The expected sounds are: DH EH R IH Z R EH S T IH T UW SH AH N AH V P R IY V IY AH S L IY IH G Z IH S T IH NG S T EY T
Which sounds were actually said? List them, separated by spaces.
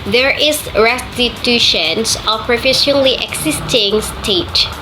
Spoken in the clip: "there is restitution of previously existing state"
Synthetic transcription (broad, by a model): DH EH R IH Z R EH S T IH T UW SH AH N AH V P R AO F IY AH L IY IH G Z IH S T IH NG S T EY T